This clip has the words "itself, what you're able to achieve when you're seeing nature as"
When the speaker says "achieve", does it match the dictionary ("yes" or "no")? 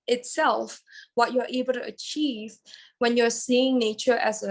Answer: yes